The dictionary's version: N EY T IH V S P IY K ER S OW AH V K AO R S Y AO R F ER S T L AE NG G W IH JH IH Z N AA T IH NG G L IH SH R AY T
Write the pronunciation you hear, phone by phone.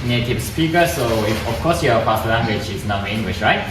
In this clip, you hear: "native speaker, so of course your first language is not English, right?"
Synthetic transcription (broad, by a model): N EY T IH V S P IY K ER S OW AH F K AO S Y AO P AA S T L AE NG G W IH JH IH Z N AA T IH NG G L IH SH R AY T